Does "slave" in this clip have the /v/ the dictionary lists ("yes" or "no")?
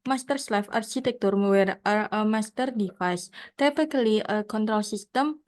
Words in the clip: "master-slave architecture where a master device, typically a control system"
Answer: no